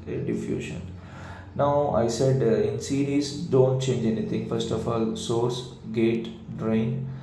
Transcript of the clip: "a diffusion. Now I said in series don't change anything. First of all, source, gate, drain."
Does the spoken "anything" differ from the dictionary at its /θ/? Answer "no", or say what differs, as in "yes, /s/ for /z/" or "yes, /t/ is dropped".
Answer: yes, /t/ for /θ/